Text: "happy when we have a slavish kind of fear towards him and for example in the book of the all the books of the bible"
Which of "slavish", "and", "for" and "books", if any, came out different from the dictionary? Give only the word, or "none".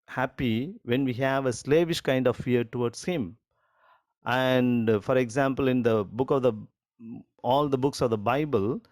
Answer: none